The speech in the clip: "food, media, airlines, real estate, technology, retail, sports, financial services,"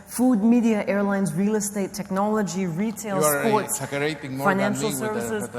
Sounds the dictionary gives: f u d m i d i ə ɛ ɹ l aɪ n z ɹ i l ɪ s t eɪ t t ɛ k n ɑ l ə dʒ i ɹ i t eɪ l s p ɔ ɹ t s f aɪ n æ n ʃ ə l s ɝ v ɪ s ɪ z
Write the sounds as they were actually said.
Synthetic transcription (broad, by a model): f u d m i d i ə ɛ ɹ l aɪ n z ɹ i l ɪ s t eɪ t t ɛ k n ɑ l ə dʒ i ɹ i t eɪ l s p ɔ ɹ t s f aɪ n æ n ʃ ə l s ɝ v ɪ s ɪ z